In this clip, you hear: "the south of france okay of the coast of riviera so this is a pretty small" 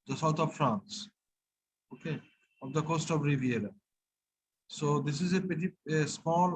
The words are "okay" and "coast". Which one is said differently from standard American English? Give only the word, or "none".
none